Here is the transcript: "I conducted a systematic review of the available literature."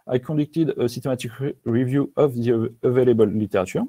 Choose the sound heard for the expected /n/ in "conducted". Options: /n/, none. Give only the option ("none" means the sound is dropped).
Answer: none